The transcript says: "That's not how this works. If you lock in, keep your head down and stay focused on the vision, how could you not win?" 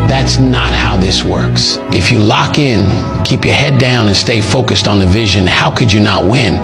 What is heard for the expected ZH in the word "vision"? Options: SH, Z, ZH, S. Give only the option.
ZH